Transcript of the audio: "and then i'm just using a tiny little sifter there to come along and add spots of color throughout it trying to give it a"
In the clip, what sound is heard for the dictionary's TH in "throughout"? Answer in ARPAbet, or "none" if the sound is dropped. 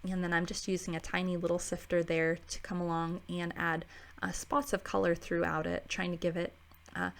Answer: TH